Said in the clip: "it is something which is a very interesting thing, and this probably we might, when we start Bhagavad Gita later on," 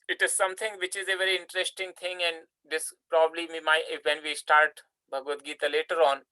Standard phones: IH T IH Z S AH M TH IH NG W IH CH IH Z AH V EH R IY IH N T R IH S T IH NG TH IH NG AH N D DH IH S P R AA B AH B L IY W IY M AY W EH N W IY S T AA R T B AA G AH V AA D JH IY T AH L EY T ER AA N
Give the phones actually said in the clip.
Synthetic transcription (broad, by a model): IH T IH Z S AH M T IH NG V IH CH IH Z AH V EH R IY IH N T R IH S T IH NG T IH NG AH N D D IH S P R AA B AH B L IY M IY M AY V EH N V IY S T AA R T B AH G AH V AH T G IY T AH L EY T ER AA N